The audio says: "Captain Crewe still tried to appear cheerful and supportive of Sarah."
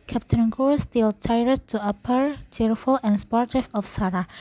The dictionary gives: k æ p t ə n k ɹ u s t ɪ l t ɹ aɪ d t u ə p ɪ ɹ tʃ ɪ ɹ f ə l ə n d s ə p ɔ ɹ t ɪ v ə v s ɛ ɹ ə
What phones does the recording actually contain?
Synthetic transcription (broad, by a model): k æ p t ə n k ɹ s t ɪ l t aɪ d t u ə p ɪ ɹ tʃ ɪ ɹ f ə l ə n s p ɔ ɹ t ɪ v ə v s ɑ ɹ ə